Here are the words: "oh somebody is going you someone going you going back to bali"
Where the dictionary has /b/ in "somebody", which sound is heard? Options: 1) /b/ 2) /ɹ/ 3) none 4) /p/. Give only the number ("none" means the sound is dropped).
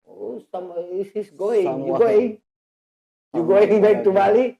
3